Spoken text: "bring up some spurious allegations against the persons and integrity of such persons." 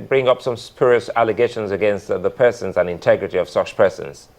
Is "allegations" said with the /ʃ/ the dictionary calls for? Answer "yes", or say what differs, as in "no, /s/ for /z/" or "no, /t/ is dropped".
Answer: yes